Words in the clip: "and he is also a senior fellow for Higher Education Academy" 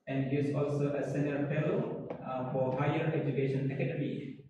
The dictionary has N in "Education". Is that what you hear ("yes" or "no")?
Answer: yes